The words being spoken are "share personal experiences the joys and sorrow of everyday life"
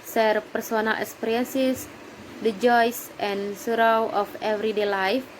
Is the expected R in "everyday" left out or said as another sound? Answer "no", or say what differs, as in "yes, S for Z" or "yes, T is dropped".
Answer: no